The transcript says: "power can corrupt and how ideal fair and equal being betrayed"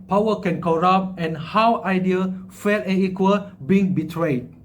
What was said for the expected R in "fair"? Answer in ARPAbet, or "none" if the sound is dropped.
L